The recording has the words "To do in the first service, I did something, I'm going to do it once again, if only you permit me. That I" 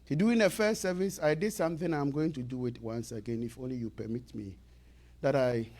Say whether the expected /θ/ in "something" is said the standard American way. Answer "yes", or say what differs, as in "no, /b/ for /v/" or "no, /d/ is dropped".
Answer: yes